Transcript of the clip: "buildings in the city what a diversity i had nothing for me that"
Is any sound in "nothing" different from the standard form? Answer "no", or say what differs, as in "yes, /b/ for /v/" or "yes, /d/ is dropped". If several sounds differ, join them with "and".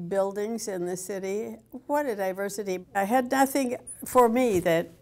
no